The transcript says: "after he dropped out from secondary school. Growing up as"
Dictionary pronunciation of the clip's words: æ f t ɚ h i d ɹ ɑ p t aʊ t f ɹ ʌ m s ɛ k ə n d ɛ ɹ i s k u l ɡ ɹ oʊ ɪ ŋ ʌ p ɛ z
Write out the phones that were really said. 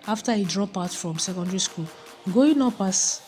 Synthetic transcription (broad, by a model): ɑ f t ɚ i d ɹ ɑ p aʊ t f ɹ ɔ m s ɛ k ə n d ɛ ɹ i s k u l ɡ oʊ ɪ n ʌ p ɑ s